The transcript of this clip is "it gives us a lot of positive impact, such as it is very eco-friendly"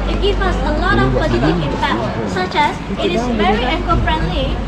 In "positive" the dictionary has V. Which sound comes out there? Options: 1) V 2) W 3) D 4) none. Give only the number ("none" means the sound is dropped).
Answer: 4